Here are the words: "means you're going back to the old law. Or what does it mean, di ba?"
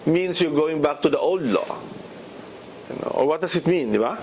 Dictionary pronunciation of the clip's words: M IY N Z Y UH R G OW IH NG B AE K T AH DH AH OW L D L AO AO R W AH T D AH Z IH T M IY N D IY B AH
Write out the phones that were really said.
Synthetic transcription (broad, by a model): M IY N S Y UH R G OW IH NG B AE K T AH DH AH OW L D L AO AO R W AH T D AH S IH T M IY N D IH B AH